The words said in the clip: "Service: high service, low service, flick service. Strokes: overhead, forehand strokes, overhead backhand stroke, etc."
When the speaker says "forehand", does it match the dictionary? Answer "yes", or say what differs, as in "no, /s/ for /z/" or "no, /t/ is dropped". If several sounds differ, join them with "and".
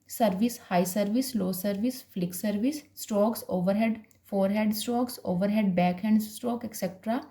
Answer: no, /n/ is dropped